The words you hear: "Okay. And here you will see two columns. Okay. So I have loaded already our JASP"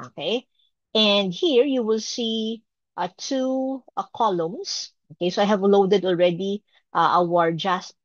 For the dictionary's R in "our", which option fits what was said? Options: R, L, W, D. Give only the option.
R